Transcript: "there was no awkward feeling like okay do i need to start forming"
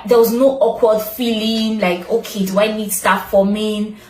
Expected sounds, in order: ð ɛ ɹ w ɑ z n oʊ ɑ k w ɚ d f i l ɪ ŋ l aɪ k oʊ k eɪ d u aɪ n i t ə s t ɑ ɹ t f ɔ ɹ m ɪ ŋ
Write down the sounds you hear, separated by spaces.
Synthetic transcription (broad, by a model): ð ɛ w ɑ z n oʊ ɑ k w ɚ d f i l ɪ ŋ l aɪ k oʊ k eɪ d u aɪ n i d s t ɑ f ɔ m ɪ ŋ